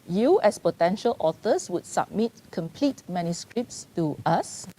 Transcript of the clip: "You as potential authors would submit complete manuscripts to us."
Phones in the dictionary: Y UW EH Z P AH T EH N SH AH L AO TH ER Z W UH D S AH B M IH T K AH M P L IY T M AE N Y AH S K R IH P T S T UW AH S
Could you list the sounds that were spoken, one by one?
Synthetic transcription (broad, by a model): Y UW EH S P AH T EH N SH AH L AO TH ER S W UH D S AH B M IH T K AH M P L IY T M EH N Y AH S K R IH P T S T UW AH S